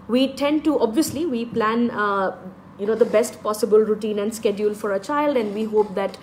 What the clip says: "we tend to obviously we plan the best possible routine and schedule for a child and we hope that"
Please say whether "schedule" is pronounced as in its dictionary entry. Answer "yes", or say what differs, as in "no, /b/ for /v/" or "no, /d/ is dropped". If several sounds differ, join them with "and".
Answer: yes